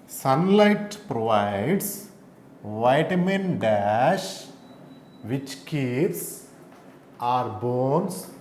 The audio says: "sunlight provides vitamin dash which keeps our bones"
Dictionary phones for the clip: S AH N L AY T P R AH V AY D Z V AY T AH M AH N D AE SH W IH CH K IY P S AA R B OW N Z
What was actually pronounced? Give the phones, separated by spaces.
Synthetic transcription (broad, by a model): S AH N L AY T P R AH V AY D S V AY T M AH N D AE SH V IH CH K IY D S AA R B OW N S